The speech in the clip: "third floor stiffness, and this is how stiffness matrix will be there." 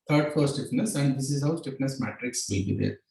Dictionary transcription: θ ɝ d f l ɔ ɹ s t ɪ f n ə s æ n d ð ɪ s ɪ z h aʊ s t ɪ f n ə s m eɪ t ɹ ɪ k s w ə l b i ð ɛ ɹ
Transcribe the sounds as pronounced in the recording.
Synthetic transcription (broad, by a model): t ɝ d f ɔ ɹ s t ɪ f n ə s æ n d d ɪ s ɪ z h aʊ s t ɪ f n ə s m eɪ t ɹ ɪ k s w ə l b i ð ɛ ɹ